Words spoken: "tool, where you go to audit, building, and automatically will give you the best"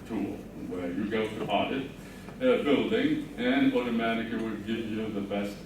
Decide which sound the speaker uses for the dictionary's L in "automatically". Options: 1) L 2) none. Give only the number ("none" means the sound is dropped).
2